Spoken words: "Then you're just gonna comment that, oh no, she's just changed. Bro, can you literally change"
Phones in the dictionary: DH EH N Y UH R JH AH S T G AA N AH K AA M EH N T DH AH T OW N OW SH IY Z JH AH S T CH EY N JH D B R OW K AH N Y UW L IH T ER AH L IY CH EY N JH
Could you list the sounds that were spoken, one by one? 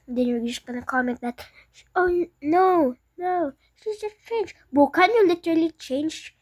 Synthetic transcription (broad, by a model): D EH N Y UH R JH AH S T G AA N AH K AA M EH N T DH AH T OW N OW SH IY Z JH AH S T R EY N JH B OW K AH N Y UW L IH T ER AH L IY CH EY N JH